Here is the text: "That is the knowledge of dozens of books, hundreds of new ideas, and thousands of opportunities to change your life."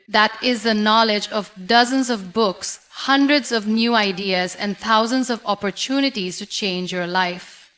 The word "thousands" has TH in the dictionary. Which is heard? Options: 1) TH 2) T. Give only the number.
2